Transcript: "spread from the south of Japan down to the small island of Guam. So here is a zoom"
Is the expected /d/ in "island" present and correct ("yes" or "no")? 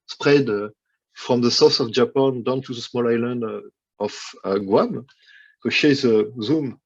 yes